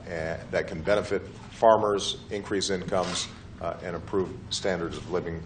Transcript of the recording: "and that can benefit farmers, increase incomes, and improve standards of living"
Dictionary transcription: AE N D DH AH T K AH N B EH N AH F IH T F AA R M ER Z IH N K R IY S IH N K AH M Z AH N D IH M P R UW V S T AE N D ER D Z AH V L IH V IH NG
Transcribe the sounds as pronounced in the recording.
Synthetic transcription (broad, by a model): DH AH T K N B EH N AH F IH T F AA R M ER Z IH N K R IY S IH N K AH M Z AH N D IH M P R UW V S T AE N D ER D Z AH V L IH V IH NG